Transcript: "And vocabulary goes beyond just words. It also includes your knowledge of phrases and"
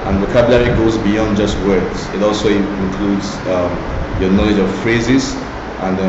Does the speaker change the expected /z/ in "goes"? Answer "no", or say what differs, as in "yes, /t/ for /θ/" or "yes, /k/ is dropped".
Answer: no